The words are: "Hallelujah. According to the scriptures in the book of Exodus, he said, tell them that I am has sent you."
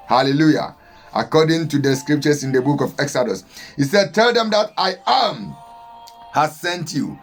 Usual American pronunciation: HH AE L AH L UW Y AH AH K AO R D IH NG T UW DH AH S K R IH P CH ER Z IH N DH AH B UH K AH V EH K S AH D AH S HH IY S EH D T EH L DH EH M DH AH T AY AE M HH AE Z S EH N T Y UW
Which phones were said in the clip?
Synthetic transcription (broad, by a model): HH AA L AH L UW Y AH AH K AO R D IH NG T UW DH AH S K R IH P CH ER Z IH N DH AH B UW K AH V EH K S AH D AH S HH IY S EH D T EH L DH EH M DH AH T AY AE M HH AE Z S EH N T Y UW